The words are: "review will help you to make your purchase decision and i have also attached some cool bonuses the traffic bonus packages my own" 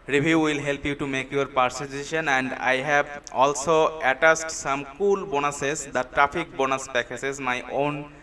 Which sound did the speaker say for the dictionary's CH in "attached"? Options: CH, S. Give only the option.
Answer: S